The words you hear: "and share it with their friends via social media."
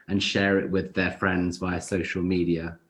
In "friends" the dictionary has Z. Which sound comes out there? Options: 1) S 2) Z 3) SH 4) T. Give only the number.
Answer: 2